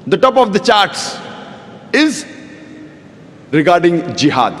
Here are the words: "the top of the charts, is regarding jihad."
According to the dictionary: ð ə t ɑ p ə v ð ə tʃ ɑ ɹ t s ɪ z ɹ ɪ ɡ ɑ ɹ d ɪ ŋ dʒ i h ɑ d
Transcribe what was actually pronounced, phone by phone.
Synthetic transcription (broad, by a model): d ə t ɑ p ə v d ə tʃ ɑ ɹ t s ɪ z ɹ ɪ ɡ ɑ ɹ d ɪ ŋ dʒ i h ɑ d